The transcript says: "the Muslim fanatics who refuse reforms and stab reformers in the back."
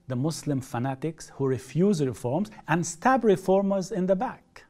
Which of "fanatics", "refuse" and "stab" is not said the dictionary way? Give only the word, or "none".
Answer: none